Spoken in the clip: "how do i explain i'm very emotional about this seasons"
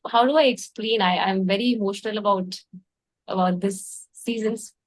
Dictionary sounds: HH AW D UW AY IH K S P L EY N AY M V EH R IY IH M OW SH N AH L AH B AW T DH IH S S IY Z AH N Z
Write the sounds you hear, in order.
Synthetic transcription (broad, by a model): HH AW D UW AY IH K S P L EY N AY M V EH R IY IH M OW SH N AH L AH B AW T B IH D S IY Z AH N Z